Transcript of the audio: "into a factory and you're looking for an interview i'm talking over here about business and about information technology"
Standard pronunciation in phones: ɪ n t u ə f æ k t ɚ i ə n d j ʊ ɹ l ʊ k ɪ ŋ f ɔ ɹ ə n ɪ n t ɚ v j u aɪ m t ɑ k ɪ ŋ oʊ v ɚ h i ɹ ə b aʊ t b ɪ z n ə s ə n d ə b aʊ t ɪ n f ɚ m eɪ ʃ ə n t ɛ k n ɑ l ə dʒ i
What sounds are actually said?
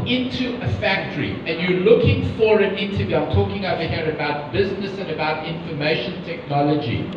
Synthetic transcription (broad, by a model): ɪ n t u ə f æ k t ɚ i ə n j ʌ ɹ l ʊ k ɪ ŋ f ɔ ɹ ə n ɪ n t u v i aɪ m t ɑ k ɪ ŋ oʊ v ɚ h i ɹ ə b aʊ t b ɪ z n ə s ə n ə b aʊ t ɪ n f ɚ m eɪ ʃ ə n t ɛ k n ɑ l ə dʒ i